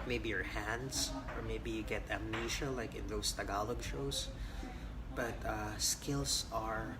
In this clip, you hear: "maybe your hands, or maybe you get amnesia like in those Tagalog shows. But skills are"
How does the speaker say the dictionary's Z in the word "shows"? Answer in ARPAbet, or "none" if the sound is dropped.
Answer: S